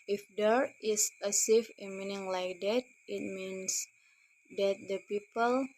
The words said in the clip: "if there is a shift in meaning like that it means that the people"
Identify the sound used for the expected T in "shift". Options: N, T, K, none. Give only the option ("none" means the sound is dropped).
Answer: none